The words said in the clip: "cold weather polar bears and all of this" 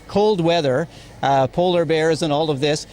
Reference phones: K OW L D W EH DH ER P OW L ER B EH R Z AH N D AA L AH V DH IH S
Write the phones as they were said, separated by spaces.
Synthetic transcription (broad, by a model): K OW L D W EH DH ER P OW L ER B EH R Z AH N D AA L AH V DH IH S